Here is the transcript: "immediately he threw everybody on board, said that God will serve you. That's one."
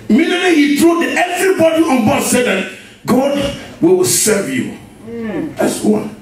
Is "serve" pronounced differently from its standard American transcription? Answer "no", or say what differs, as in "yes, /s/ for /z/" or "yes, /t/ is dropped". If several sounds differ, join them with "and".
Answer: no